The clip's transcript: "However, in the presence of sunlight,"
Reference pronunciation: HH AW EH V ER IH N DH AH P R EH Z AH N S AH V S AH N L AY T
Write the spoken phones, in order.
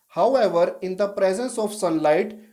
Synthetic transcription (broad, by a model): HH AW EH V ER IH N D AH P R EH Z AH N S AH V S AH N L AY T